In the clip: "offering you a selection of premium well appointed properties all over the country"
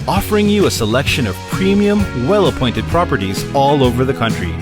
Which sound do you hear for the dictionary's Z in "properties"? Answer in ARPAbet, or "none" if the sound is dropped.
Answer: Z